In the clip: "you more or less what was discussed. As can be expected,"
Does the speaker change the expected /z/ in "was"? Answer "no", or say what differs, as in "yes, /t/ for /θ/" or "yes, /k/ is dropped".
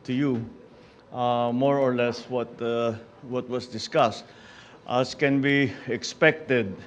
yes, /s/ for /z/